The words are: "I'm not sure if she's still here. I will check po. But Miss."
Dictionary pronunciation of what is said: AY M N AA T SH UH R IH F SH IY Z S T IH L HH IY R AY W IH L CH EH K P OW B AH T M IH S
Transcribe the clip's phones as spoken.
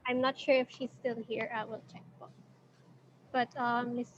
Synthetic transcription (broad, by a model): AY M N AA T SH UH R IH F SH IY Z S T IH L HH IY R AY W IH L CH EH K B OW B AH T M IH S